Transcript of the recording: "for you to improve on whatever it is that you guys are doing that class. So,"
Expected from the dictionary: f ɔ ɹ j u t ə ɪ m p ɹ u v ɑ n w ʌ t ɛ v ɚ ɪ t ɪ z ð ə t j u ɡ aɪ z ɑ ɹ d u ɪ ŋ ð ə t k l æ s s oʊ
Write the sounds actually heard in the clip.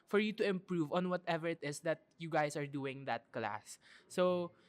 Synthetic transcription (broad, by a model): f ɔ ɹ j u t ə ɪ m p ɹ u v ɑ n w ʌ t ɛ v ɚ ɪ t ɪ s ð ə t j u ɡ aɪ s ɑ ɹ d u ɪ ŋ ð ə t k l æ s s oʊ